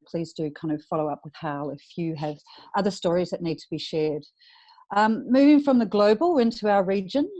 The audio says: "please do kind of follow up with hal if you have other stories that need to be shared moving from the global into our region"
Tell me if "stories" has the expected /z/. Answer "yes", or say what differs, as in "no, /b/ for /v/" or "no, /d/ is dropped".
yes